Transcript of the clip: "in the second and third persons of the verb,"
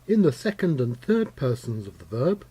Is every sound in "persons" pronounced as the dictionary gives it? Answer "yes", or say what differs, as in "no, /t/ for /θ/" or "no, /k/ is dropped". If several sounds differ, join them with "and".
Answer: yes